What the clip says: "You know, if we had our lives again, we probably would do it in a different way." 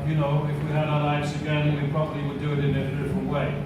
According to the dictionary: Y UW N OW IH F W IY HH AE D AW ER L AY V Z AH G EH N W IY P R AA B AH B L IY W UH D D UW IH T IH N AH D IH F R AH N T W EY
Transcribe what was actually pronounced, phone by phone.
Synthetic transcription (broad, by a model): Y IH N OW IH F W IY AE D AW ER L AY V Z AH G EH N W IY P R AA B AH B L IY W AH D D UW IH T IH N AH D IH F R AH N T W EY